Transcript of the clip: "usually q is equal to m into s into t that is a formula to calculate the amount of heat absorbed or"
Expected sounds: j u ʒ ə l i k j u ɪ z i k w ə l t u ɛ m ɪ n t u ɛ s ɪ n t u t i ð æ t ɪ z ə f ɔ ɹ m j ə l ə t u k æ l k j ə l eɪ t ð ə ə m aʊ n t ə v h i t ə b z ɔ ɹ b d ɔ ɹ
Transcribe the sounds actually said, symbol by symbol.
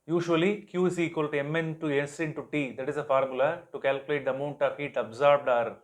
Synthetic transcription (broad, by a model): j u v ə l i k j u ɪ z i k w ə l t u ɛ m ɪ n t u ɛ s ɪ n t u t i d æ t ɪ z ə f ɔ ɹ m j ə l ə t u k æ l k j ə l eɪ t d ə ə m aʊ n t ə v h i t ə b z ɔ ɹ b d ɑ ɹ